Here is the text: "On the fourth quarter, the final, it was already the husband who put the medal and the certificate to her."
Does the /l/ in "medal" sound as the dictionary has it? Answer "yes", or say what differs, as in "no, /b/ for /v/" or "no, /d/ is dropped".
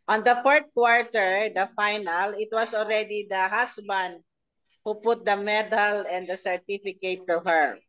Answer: yes